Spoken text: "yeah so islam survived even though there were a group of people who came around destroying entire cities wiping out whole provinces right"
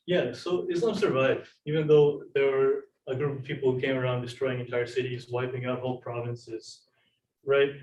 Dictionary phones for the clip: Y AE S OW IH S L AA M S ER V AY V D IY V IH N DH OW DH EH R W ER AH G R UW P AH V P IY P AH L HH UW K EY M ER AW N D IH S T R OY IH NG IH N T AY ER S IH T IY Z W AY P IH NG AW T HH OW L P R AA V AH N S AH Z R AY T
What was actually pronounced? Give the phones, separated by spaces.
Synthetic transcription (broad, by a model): Y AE S OW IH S AA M S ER V AY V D IY V IH N DH OW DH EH R W ER AH G R UW P AH V P IY P L HH UW K EY M ER AW N D IH S T R OY IH NG IH N T AY ER S IH T IY Z W AY P IH NG AW T HH OW L P R AA V AH N S AH Z R AY T